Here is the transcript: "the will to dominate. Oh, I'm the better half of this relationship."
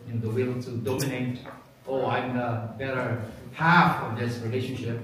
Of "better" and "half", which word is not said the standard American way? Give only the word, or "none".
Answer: none